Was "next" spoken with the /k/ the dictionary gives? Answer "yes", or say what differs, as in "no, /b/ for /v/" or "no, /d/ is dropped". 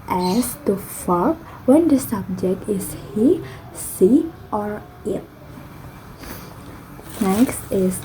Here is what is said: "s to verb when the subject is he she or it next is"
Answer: yes